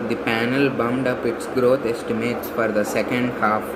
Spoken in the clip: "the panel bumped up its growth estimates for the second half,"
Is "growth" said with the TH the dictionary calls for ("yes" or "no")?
no